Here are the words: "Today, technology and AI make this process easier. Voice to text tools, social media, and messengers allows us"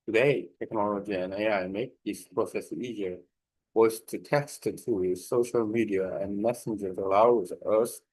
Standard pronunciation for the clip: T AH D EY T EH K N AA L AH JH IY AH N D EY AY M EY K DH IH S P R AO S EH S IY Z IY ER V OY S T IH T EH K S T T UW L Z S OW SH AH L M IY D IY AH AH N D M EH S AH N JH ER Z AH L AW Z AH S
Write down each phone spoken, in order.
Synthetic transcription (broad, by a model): T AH D EY T EH K N AA L AH JH IY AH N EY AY M EY K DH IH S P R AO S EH S IY Z IY ER W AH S T IH T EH S T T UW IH S OW SH L M IY D IY AH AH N M EH S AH N JH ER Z AH L AW Z AH S